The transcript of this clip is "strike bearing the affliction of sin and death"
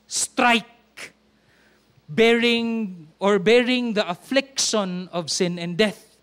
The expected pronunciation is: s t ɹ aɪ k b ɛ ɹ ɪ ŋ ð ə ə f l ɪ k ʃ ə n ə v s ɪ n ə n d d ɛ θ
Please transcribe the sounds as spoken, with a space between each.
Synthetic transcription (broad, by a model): s t ɹ aɪ k b ɛ ɹ ɪ ŋ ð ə ə f l ɪ k ʃ ə n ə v s ɪ n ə n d d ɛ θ